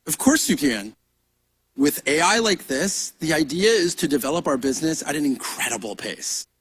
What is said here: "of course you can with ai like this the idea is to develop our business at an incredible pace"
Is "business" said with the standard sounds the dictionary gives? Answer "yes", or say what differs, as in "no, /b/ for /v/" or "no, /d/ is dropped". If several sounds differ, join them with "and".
yes